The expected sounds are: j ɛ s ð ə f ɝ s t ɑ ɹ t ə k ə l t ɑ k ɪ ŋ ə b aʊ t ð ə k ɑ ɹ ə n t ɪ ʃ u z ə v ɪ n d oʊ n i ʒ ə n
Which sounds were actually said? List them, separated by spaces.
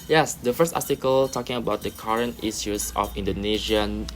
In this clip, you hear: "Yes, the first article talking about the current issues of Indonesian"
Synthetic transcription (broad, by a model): j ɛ s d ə f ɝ s t ɑ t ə k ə l t ɑ k ɪ ŋ ə b aʊ t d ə k ɑ ɹ ə n t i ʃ u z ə f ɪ n d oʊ n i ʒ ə n